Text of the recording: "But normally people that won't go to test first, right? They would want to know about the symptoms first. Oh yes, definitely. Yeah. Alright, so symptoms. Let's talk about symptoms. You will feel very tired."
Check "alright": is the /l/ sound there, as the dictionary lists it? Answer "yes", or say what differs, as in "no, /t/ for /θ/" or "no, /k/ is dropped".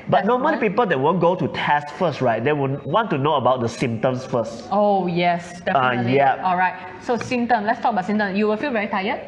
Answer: yes